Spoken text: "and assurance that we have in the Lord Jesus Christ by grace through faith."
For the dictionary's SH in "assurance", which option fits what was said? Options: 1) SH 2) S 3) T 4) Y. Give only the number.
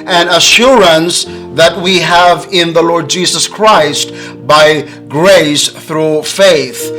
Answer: 1